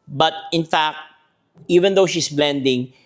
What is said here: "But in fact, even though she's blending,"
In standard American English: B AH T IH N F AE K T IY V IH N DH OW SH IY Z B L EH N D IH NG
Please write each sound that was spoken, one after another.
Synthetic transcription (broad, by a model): B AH T IH N F AE K T IY V IH N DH OW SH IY S B L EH N D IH NG